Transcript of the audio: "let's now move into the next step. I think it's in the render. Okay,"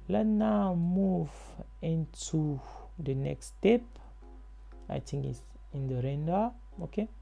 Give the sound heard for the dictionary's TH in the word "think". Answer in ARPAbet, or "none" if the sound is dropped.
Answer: T